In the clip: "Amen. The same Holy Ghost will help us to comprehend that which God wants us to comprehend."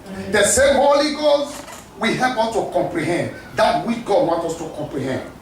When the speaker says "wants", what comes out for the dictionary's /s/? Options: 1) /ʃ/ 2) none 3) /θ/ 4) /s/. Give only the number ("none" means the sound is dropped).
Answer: 2